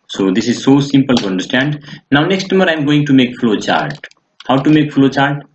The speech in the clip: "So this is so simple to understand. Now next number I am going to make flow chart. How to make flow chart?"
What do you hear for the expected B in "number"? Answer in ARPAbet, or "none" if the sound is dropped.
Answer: none